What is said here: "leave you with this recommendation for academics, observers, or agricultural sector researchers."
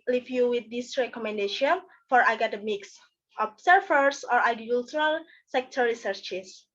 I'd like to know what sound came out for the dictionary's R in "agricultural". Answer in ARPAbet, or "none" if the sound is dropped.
none